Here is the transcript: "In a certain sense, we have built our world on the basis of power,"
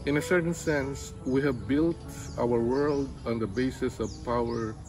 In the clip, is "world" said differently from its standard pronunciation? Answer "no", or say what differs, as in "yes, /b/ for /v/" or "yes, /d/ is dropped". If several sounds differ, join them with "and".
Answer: no